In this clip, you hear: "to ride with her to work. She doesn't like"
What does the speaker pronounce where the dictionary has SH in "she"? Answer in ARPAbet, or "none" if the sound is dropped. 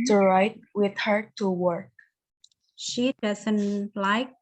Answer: SH